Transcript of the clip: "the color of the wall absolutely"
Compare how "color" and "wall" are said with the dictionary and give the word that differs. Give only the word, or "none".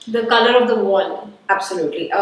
wall